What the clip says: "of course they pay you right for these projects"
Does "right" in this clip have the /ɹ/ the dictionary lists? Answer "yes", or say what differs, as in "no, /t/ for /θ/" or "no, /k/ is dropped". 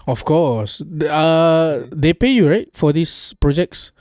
yes